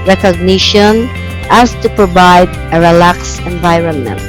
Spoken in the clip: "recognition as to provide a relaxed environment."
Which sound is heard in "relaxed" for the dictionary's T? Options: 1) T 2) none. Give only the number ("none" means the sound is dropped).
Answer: 2